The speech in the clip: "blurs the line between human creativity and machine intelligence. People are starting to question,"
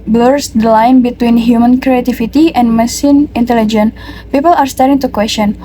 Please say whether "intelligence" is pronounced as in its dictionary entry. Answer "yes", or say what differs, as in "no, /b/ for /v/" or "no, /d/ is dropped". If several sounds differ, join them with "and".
no, /s/ is dropped